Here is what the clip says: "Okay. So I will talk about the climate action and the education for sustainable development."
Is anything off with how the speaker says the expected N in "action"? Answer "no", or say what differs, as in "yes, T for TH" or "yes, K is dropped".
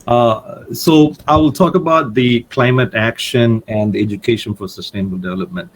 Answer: no